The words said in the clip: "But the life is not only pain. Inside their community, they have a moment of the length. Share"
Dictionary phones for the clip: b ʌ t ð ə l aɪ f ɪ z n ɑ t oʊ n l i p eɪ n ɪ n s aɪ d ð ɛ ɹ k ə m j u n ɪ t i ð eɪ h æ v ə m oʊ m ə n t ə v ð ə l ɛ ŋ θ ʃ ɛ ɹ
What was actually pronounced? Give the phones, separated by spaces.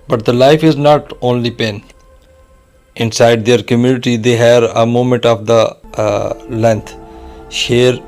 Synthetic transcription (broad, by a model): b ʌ t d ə l aɪ f ɪ z n ɑ t oʊ n l i p eɪ n ɪ n s aɪ d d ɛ ɹ k ə m j u n ɪ t i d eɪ h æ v ə m oʊ m ə n t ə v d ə l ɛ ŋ t ʃ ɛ ɹ